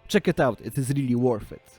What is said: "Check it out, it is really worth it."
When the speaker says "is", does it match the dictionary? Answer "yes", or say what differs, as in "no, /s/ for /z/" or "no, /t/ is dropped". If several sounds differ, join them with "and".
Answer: yes